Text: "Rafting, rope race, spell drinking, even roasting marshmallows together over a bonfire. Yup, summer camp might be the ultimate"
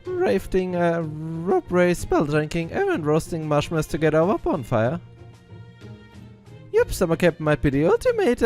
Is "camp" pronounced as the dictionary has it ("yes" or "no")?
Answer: no